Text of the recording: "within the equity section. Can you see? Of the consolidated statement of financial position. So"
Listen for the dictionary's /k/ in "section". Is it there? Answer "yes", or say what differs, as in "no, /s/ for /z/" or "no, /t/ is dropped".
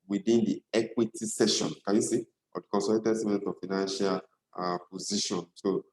no, /k/ is dropped